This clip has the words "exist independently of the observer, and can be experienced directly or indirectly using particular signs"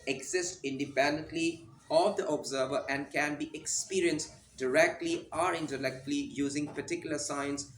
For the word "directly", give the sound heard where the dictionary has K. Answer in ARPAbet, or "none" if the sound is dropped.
K